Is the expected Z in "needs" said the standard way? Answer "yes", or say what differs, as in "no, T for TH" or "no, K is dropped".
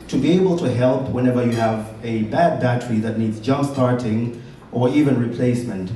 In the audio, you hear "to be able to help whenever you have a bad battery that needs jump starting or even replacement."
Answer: yes